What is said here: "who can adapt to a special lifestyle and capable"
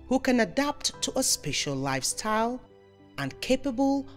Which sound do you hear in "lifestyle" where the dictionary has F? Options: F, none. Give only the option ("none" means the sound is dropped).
F